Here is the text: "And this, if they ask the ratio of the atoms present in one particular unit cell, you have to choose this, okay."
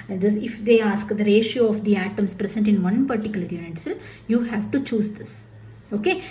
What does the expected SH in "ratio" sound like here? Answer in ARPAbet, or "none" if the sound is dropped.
SH